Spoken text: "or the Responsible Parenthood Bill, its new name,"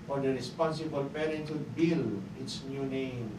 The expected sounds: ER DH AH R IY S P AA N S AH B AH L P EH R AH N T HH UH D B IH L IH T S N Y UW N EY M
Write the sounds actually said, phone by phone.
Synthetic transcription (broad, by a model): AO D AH R IY S P AA N S AH B AH L P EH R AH T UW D B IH L IH T S N Y UW N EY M